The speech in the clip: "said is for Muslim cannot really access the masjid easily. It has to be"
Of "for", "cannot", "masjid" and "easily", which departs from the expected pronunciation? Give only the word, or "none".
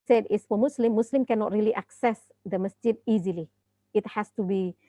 for